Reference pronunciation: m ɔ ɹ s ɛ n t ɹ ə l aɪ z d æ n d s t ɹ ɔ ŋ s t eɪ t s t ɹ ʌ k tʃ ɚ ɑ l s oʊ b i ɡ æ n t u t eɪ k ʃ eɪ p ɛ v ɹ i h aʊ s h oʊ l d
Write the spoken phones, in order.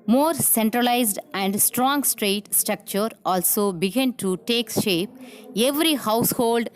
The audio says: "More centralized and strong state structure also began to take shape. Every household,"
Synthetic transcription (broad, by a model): m ɔ ɹ s ɛ n t ɹ ə l aɪ z d æ n d s t ɹ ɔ ŋ s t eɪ t s t ɹ ʌ k tʃ ɚ ɑ l s oʊ b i ɡ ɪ n t u t eɪ k ʃ eɪ p ɛ v ɹ i h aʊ s h oʊ l d